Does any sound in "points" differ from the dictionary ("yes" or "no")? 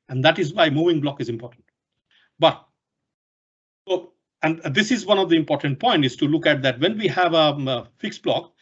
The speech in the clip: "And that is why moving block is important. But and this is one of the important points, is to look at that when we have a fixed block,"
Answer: yes